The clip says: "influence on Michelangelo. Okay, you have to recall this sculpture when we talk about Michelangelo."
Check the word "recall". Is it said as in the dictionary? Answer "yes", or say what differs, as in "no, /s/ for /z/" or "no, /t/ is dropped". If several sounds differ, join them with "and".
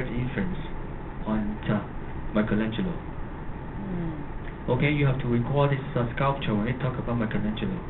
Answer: yes